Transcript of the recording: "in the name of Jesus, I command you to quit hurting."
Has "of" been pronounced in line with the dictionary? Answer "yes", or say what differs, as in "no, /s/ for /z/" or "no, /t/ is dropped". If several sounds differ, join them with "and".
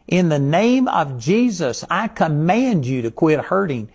yes